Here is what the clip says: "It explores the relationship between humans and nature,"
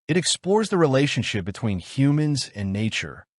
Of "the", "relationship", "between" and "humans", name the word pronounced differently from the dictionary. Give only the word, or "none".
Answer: none